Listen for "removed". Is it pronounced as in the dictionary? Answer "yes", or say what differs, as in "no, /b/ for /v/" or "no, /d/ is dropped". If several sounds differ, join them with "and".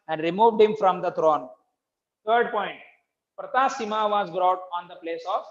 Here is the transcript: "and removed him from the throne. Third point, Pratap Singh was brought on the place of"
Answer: yes